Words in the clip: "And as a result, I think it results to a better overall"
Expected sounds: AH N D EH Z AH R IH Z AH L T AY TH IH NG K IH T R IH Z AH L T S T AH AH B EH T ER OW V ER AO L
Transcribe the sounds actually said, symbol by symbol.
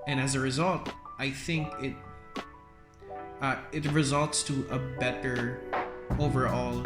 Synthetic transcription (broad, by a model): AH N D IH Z AH R IH Z AH L T AY TH IH NG K IH T R IH Z AH L T S T AH AH B EH T ER OW V ER AO L